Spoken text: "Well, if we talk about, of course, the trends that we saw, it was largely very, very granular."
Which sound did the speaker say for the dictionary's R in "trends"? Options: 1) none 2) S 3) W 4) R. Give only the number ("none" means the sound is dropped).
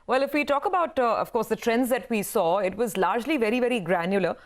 4